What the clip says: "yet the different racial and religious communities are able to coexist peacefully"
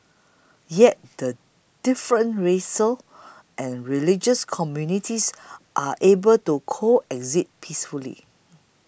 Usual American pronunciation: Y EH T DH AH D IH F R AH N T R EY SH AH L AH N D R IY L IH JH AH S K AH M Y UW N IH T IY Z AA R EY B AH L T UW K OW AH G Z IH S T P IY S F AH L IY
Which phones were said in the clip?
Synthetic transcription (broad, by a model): Y EH T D AH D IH F R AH N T R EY S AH L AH N R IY L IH JH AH S K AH M Y UW N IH T IY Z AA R EY B AH L T UW K OW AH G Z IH T P IY S F AH L IY